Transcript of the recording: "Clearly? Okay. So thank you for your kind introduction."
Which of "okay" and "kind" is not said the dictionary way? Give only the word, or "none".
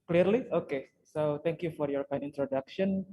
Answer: kind